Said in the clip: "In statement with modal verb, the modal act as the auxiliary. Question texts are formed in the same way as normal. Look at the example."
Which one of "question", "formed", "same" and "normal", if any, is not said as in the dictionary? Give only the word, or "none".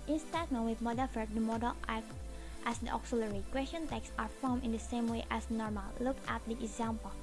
formed